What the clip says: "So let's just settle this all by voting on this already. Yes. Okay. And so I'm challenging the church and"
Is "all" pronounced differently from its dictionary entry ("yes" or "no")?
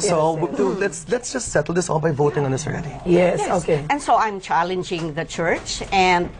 yes